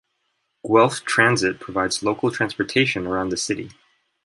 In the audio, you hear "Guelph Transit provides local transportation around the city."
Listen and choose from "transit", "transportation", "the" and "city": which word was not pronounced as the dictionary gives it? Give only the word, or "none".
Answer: none